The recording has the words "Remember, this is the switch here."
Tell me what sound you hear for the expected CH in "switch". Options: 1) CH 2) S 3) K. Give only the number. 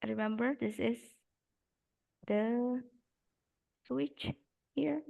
1